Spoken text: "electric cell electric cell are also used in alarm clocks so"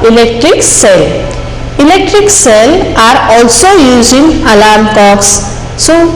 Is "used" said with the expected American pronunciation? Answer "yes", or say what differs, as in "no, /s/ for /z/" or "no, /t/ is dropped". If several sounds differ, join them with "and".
no, /d/ is dropped